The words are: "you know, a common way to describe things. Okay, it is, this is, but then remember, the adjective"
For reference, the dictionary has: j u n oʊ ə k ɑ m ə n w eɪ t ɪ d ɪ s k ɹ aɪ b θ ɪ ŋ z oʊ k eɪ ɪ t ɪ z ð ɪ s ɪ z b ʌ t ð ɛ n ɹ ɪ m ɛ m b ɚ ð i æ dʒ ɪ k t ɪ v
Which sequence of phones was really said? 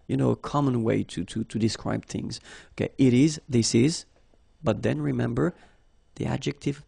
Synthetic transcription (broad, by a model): j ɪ n oʊ ə k ɑ m ə n w eɪ t ɪ d ɪ s k ɹ aɪ b θ ɪ ŋ z oʊ k eɪ ɪ t ɪ z ð ɪ s ɪ z b ʌ t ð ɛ n ɹ ɪ m ɛ m b ɚ ð i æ dʒ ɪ k t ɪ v